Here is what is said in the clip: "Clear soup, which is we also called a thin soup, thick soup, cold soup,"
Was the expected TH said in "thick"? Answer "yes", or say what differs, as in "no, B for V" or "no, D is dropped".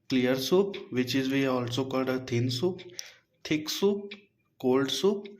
no, T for TH